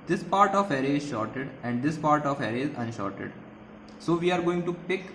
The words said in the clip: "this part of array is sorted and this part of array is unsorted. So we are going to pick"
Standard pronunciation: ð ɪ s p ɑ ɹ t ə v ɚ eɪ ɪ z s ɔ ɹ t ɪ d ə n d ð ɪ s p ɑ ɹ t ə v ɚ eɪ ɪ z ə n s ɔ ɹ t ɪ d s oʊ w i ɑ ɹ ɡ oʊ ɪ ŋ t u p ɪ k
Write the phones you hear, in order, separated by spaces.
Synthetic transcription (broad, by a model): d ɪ s p ɑ ɹ t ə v ɚ eɪ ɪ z ʃ ɔ ɹ t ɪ d ə n d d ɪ s p ɑ ɹ t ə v ɚ eɪ ɪ z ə n ʃ ɔ ɹ t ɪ d s oʊ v i ɑ ɹ ɡ oʊ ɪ ŋ t u p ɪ k